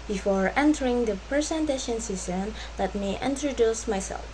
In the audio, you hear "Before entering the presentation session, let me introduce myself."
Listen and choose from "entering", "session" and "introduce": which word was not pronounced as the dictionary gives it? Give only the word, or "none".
session